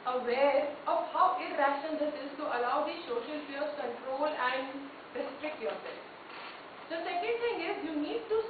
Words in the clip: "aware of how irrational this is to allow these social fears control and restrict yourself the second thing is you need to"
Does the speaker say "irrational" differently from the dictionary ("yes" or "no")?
yes